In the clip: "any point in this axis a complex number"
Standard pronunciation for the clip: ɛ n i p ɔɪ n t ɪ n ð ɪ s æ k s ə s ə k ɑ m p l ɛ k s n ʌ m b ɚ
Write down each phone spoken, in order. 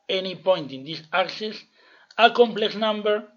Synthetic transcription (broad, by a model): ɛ n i p ɔɪ n t ɪ n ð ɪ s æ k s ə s ə k ɑ m p l ɛ k s n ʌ m b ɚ